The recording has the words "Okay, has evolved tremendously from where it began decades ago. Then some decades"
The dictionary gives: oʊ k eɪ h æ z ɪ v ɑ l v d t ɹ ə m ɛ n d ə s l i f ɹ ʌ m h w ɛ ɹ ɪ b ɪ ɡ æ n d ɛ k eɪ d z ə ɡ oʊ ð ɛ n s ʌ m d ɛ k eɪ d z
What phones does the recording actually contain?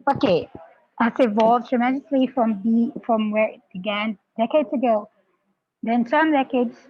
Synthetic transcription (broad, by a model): oʊ k eɪ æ s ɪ v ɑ l v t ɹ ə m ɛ d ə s l i f ɹ ʌ m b w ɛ ɹ ɪ b ɪ ɡ æ n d ɛ k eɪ d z ə ɡ oʊ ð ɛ n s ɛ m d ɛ k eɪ d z